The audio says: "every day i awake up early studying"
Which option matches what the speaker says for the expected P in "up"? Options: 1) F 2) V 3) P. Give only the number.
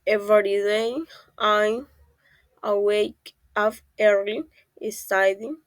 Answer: 1